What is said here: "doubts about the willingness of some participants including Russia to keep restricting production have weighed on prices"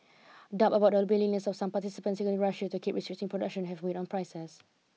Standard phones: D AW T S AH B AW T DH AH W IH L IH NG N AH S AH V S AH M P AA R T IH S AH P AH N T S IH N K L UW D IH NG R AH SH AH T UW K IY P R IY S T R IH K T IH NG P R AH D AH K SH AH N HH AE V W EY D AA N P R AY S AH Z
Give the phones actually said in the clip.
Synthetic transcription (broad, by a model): D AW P AH B AW T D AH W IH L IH N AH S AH F S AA M P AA T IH S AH P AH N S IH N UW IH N R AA SH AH T UW K IY P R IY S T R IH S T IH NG P R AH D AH K SH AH N HH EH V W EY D AA N P R AY S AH S